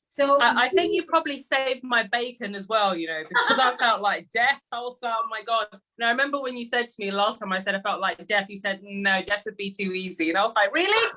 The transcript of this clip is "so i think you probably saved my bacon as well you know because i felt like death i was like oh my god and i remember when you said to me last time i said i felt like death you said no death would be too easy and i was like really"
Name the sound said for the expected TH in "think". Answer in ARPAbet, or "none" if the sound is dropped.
TH